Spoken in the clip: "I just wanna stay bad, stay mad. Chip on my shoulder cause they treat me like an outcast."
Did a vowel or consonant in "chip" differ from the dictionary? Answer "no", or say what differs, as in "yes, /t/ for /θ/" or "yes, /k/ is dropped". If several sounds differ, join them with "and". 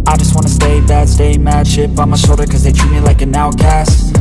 yes, /ʃ/ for /tʃ/